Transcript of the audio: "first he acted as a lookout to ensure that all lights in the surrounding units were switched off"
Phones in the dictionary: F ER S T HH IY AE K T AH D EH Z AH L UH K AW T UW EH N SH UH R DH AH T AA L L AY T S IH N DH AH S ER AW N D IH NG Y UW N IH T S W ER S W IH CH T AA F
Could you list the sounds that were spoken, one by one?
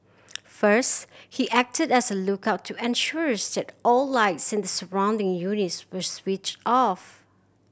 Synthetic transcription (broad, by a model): F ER S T HH IY AE K T AH D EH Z AH L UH K AW T UW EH N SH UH R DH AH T AA L L AY T S IH N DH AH S ER AW N D IH NG Y UW N IH T S W ER S W IH CH T AA F